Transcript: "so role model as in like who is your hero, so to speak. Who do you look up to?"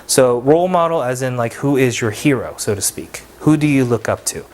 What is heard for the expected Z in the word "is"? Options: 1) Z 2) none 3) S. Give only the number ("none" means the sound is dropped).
1